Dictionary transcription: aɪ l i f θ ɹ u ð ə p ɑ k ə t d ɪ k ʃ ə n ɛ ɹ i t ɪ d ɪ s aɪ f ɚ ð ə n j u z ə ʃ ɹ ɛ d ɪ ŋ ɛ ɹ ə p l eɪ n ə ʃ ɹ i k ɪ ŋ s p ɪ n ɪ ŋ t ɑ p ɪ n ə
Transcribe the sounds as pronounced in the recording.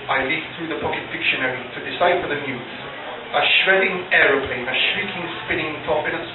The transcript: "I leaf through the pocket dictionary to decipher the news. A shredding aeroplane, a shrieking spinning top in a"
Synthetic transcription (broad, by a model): aɪ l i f θ ɹ u ð ə p ɑ k ə t d ɪ k ʃ ə n ɛ ɹ i t ɪ d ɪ s aɪ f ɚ ð ə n j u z ə ʃ ɹ ɛ d ɪ ŋ ɛ ɹ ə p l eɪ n ə ʃ ɹ i k ɪ ŋ s p ɪ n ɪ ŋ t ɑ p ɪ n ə